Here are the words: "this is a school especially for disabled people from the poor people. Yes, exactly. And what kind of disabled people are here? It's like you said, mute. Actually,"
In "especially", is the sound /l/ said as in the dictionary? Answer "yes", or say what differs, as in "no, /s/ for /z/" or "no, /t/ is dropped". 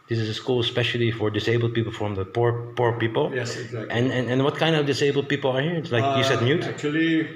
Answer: yes